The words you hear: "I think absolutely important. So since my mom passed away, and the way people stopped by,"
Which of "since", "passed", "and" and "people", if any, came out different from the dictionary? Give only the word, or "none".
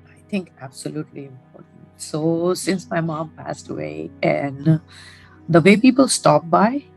none